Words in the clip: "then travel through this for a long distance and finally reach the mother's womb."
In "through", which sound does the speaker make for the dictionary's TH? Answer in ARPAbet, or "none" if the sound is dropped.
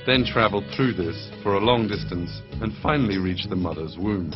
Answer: TH